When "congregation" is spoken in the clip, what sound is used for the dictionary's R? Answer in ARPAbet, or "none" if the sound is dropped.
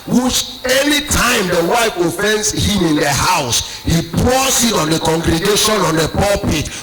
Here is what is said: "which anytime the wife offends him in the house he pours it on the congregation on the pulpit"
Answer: R